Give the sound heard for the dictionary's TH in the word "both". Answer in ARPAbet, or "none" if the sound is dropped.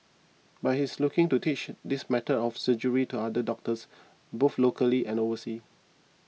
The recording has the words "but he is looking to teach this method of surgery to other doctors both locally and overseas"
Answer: F